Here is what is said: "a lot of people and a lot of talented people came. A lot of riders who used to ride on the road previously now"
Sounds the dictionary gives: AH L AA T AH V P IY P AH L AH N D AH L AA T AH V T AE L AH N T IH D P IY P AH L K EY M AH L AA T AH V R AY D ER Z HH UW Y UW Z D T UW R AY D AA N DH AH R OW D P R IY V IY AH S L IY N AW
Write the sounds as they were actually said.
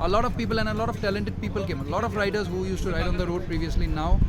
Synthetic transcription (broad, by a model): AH L AA T AH V P IY P AH L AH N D AH L AA T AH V T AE L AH N T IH D P IY P AH L K EY M AH L AA T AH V R AY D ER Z HH UW Y UW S T UW R AY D AA N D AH R OW D P R IY V IY AH S L IY N AW